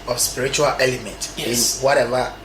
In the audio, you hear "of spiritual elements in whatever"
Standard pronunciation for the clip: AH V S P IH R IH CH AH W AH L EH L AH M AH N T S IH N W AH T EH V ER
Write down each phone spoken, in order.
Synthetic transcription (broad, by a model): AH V S P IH R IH CH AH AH L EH L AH M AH N T IH N W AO T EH V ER